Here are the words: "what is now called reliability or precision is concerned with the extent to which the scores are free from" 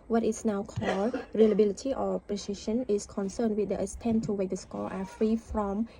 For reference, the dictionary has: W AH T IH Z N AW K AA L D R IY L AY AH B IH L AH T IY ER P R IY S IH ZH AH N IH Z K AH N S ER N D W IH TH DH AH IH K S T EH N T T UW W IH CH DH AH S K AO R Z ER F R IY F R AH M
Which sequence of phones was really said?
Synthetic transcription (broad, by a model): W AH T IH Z N AW K AA L D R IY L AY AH B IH L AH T IY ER P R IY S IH SH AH N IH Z K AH N S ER N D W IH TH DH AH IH S T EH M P T UW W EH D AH S K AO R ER F R IY F R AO M